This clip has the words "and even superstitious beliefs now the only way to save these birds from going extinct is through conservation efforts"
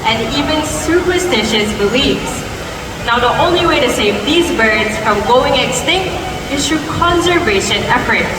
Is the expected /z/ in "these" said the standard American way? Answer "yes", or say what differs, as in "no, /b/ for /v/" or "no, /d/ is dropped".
yes